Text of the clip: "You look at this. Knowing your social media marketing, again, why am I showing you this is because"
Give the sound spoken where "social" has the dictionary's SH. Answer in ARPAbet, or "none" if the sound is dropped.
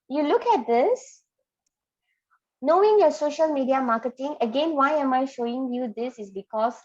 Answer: SH